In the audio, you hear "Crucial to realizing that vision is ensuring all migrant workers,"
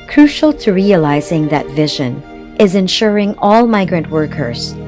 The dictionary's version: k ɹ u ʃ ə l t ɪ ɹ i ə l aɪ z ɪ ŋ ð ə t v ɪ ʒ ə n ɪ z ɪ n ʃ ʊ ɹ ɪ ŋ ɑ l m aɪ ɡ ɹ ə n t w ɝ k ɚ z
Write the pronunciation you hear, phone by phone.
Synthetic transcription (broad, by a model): k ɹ u ʃ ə l t ɪ ɹ i ə l aɪ z ɪ ŋ ð ə t v ɪ ʒ ə n ɪ z ɪ n ʃ ʊ ɹ ɪ ŋ ɑ l m aɪ ɡ ɹ ə n t w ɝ k ɚ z